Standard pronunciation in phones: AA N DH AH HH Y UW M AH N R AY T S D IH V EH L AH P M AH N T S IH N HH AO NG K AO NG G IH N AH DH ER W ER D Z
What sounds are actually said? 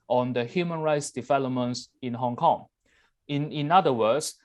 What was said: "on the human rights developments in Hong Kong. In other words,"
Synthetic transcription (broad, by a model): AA N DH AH HH Y UW M AH N R AY T S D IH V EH L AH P M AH N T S IH N HH AO NG K AO NG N IH N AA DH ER W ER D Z